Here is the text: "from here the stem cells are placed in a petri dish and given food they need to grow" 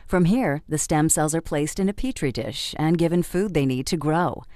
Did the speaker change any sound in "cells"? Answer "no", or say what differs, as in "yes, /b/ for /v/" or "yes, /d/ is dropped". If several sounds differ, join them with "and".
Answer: no